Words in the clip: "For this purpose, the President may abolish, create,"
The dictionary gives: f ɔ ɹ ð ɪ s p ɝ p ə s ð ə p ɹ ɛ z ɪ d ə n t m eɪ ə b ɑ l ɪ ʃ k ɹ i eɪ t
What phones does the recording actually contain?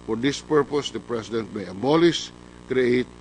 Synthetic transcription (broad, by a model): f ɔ ɹ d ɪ s p ɝ p ə s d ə p ɹ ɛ s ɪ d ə n t m eɪ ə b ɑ l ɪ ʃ k ɹ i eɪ t